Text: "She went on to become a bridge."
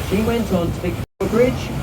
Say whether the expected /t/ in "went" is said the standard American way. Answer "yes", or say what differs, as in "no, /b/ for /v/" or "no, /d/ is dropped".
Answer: yes